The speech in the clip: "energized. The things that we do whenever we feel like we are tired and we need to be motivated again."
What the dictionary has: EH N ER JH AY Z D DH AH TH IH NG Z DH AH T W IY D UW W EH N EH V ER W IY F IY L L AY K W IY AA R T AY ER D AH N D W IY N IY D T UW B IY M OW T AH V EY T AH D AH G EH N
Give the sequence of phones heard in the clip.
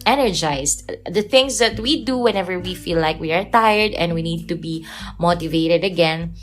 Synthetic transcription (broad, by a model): EH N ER JH AY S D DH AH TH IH NG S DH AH T W IY D UW W EH N EH V ER W IY F IY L L AY K W IY AA R T AY ER D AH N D W IY N IY D T UW B IY M OW T AH V EY T AH D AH G EH N